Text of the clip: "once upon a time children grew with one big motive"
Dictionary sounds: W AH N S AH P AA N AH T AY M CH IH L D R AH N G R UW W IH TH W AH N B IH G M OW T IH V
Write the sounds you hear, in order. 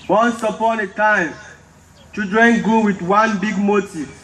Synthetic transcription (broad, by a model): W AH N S AH P AA N AH T AY M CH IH D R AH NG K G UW W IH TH W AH N B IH G M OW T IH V